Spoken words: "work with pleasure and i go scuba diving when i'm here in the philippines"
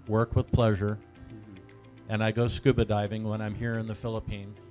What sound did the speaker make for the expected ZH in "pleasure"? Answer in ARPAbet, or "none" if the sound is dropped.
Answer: ZH